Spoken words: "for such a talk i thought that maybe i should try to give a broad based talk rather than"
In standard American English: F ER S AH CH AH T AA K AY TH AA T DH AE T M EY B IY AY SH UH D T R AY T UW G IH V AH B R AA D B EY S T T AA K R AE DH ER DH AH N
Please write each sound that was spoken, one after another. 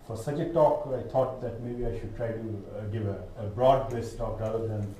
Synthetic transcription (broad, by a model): F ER S AH CH AH T AA K AY T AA T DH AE T M EY B IY AY SH UH D T R AY T UW G IH V AH B R AA D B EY S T T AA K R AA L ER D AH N